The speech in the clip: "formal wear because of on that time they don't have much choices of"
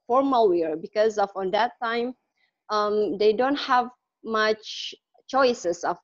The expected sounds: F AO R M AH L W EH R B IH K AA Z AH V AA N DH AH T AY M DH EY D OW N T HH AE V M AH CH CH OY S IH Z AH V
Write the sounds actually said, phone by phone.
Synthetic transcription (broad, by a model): F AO R M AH L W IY R B IH K AA Z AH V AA N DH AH T AY M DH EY D OW N T HH AE V M AH CH CH OY S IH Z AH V